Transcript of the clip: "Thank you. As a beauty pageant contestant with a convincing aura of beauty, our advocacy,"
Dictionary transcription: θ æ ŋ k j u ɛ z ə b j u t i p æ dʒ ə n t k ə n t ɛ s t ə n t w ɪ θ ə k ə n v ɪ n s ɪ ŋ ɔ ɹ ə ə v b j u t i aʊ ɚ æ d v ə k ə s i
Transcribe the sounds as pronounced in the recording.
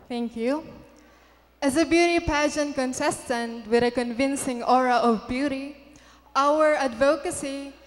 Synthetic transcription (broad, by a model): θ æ ŋ k j u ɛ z ə b j u t i p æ ʃ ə n k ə n s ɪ s t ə n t w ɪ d ə k ə n v ɪ n s ɪ ŋ ɔ ɹ ə ə v b j u t i aʊ ɚ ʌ d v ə k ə s i